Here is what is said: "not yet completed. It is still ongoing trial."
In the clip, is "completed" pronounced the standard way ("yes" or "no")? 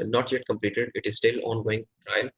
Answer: yes